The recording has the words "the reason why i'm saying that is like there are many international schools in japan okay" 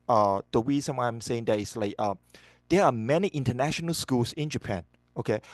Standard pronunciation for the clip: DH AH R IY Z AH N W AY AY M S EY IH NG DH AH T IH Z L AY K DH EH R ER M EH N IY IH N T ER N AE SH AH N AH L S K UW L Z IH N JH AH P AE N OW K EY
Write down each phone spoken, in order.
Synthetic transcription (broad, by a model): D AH W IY S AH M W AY AY M S EY IH NG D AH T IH S L AY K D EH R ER M EH N IY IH N T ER N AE SH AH N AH L S K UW L S IH N JH AH P AE N OW K EY